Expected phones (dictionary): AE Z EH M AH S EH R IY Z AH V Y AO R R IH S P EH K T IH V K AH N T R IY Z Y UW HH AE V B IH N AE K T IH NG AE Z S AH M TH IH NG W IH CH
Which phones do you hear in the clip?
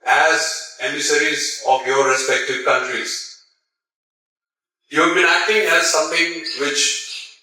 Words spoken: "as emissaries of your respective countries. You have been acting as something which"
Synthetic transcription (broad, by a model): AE Z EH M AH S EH R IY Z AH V Y AO R R IH S P EH K T IH V K AH N T R IY Z Y UW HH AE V B IH N AE K T IH NG AE Z S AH M T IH NG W IH CH